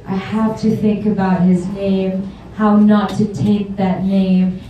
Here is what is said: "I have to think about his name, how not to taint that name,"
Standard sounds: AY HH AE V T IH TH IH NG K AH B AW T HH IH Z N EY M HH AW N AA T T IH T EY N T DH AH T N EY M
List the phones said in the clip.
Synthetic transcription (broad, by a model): AY HH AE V T IH TH IH NG K AH B AW T HH IH Z N EY M HH AW N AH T T IH T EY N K DH AH T N EY M